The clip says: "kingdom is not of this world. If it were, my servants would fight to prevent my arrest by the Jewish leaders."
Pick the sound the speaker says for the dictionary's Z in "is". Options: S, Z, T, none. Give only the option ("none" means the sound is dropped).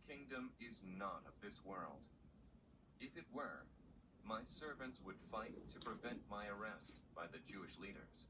Z